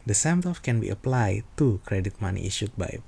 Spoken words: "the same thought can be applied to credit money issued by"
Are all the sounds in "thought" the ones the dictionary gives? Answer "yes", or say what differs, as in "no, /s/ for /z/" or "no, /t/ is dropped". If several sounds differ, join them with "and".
no, /t/ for /θ/